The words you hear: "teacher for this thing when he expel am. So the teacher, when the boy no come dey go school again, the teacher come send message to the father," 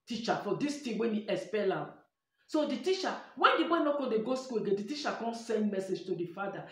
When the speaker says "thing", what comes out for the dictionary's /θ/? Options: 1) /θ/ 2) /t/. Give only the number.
2